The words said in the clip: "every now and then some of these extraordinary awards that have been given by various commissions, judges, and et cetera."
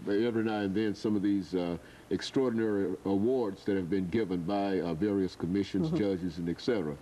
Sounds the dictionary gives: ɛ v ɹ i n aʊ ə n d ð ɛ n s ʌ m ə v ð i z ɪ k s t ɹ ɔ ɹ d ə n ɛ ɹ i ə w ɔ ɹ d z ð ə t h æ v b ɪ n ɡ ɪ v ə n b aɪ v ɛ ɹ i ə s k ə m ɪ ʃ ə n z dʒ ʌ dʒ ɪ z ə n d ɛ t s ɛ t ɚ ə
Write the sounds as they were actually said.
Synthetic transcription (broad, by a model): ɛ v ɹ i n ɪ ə n ð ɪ n s ʌ m ə v ð i z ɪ k s t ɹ ɔ ɹ d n ɛ ɹ i ə w ɔ ɹ d z ð ə t h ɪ v b ɪ n ɡ ɪ v ə n b aɪ v ɛ ɹ i ə s k ə m ɪ ʃ ə n z dʒ ʌ dʒ ɪ z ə n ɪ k s ɛ t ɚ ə